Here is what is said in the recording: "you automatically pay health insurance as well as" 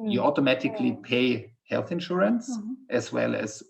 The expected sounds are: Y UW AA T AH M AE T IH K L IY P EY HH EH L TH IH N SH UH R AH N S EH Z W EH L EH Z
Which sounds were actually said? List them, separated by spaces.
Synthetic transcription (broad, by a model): Y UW AA T AH M AE T IH K L IY P EY HH EH L TH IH N SH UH R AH N S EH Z W EH L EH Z